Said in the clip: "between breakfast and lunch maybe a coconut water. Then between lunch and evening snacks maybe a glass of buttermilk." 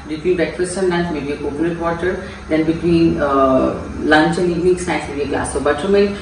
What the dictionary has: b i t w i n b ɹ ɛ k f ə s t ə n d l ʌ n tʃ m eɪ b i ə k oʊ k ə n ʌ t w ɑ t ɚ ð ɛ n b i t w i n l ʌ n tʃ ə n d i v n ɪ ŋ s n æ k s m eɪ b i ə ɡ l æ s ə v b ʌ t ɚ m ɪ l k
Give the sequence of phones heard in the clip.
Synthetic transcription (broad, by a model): b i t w i n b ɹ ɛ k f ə s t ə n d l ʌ n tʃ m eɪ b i ə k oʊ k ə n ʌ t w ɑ t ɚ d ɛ n b i t w i n l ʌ n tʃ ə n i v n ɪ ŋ s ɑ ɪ s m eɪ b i ə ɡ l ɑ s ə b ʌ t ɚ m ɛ